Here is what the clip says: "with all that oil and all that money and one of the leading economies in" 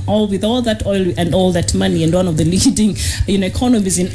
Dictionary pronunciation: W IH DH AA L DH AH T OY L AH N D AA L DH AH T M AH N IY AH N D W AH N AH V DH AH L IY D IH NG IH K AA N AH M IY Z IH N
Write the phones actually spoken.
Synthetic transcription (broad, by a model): W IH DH AA L DH AH T OY L AH N D AA L DH AH T M AH N IY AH N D W AH N AH V DH AH L IY D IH NG IH K AA N AH M IY Z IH N